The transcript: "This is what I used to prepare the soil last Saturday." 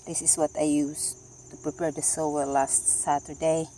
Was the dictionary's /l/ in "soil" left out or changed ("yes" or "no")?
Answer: yes